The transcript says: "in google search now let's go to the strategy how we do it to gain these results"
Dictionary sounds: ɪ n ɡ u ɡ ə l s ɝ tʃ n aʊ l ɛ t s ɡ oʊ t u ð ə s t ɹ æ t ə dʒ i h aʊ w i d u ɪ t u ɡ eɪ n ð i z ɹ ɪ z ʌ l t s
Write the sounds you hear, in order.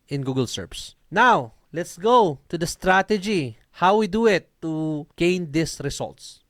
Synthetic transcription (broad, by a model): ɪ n ɡ u ɡ ə l s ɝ s n aʊ l ɛ t s ɡ oʊ t u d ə s t ɹ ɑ t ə dʒ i h aʊ w i d u ɪ t u ɡ eɪ n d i s ɹ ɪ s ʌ l t s